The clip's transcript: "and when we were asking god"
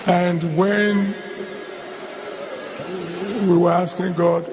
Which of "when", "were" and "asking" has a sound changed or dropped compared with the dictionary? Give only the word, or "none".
none